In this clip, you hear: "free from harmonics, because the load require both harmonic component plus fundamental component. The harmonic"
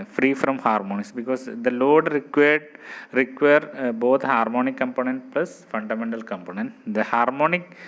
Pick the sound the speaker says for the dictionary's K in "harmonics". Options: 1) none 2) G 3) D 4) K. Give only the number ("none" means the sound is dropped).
1